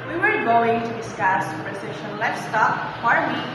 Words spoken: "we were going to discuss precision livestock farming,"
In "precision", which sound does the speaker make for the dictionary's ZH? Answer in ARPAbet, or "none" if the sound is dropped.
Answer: SH